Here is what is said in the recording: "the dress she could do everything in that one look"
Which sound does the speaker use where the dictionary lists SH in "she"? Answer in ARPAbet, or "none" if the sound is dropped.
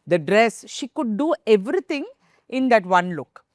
SH